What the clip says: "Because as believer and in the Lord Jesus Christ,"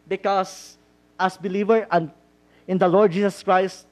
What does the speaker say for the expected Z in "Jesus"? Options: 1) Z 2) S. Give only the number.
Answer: 2